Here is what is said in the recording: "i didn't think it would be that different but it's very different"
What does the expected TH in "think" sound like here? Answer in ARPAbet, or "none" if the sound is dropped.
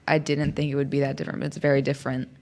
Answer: TH